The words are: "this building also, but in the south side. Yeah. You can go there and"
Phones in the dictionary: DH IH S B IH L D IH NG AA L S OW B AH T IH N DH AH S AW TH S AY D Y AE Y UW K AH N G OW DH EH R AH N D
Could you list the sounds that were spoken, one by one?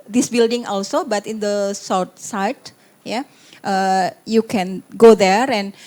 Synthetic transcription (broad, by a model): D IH S B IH L D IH NG AA L S OW B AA T IH N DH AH S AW T S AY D Y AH Y UW K AH N G OW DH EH R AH N